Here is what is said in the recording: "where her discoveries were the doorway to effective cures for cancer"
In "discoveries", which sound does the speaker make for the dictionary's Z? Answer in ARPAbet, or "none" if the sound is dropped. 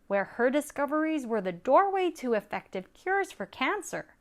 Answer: Z